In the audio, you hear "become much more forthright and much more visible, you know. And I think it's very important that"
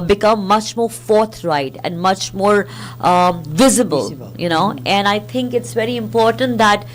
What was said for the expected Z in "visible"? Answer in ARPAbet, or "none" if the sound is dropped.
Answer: Z